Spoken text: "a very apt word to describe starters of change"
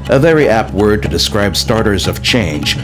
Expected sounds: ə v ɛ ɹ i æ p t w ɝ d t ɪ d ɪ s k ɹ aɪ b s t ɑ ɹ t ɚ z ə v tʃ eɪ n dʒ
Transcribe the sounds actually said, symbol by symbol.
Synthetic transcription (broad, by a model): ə v ɛ ɹ i æ p t w ɝ d t ɪ d ɪ s k ɹ aɪ b s t ɑ ɹ t ɚ z ə v tʃ eɪ n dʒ